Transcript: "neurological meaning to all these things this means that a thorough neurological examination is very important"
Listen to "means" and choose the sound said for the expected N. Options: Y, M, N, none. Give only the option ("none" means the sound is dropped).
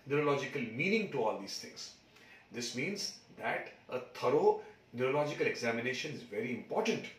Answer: N